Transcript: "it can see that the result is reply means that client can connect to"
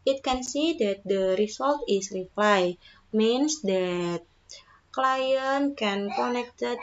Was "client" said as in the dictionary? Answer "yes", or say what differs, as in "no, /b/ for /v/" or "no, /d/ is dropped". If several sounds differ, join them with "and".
yes